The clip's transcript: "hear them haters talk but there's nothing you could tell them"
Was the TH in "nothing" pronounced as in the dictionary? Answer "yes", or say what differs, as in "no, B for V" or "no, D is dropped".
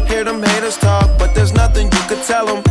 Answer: yes